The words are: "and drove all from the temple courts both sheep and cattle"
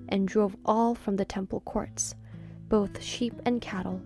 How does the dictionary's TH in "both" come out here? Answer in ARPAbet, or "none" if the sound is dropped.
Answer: TH